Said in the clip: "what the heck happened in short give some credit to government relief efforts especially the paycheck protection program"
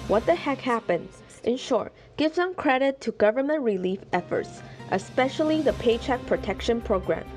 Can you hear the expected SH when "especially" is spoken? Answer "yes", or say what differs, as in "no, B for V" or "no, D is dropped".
yes